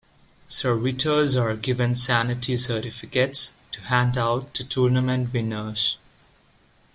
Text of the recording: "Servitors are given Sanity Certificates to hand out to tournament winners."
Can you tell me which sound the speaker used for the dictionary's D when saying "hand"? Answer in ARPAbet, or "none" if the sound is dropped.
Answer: D